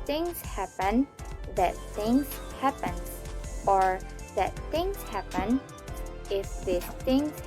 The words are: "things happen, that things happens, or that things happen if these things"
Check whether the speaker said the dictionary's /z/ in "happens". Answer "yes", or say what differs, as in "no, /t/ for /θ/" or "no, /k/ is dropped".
no, /z/ is dropped